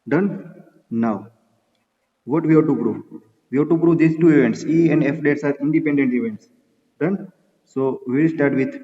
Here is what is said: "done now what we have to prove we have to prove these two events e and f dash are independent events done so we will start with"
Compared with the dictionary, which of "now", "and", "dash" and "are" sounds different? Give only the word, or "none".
dash